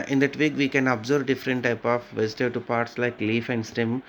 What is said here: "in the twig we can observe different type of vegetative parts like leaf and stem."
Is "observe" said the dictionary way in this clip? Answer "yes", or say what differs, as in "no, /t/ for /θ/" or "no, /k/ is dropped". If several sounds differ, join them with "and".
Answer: no, /b/ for /v/